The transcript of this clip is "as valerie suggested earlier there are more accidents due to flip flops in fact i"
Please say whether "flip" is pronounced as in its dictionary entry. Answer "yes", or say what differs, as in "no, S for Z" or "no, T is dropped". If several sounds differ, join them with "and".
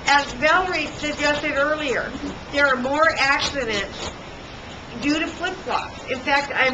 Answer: no, L is dropped